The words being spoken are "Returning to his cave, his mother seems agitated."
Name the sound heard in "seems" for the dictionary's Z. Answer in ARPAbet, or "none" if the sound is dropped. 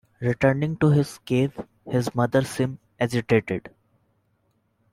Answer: none